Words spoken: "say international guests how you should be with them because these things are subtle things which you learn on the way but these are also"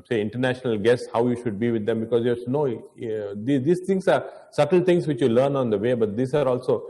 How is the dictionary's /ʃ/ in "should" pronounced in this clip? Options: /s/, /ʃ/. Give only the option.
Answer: /ʃ/